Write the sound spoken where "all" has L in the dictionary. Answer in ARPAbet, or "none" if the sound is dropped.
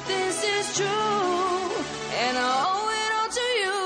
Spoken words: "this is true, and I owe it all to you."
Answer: N